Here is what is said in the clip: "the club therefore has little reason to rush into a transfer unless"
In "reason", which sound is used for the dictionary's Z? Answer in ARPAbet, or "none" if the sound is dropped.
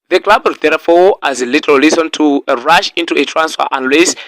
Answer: S